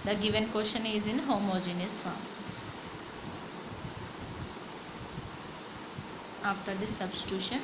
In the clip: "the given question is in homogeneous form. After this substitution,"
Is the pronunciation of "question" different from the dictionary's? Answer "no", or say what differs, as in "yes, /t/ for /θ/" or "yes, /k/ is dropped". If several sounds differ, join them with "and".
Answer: yes, /ʃ/ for /tʃ/